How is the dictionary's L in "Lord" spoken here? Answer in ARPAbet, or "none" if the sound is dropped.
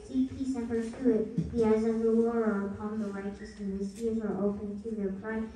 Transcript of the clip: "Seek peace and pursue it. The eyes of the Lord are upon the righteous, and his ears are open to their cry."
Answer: W